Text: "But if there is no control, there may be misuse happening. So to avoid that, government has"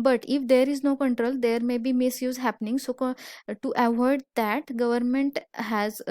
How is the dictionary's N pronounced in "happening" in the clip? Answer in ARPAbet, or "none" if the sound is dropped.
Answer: N